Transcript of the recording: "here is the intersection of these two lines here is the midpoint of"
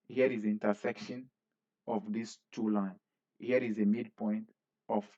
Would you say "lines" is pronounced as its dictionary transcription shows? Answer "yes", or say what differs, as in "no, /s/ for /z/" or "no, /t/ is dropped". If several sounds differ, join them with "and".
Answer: no, /z/ is dropped